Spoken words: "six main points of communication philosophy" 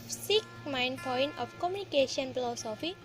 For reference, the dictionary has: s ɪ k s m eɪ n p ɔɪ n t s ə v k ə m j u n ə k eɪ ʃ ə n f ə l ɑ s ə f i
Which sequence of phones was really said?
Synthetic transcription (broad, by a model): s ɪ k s m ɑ n p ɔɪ n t ə f k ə m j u n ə k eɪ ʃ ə n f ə l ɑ s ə f i